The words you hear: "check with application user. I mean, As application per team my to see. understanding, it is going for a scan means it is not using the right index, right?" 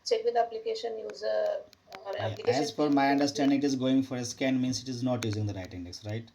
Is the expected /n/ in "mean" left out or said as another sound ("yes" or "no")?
yes